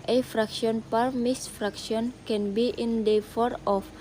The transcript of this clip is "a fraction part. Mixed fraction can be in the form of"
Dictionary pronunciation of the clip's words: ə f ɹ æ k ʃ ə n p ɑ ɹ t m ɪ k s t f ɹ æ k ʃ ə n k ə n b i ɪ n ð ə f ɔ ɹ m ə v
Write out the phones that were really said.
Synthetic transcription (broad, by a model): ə f ɹ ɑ k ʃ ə n p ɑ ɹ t m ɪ s f ɹ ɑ k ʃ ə n k ə n b i ɪ n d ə f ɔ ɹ ə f